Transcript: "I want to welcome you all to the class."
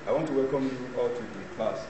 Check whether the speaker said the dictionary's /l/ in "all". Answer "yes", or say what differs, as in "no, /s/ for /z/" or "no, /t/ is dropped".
yes